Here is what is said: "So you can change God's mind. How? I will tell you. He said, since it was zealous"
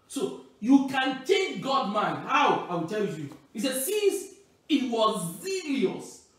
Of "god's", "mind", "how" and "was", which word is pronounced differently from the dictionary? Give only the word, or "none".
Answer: god's